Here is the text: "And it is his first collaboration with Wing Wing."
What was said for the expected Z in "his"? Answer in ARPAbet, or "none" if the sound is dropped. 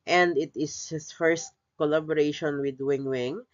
S